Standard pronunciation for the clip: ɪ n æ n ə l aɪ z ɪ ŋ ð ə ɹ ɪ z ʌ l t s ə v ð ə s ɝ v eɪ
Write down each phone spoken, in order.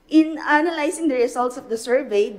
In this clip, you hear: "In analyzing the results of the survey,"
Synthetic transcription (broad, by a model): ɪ n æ n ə l aɪ s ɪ ŋ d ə ɹ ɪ s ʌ l t s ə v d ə s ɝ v eɪ